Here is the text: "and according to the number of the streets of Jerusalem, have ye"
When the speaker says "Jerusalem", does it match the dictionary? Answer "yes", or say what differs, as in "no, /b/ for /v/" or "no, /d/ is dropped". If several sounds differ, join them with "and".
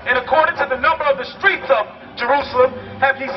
yes